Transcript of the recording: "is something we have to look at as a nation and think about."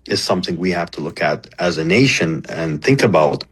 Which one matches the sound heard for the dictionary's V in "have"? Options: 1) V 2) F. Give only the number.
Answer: 2